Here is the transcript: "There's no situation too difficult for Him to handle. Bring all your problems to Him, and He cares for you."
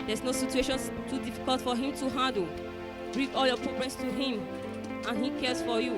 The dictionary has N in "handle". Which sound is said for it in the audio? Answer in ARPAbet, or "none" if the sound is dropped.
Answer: none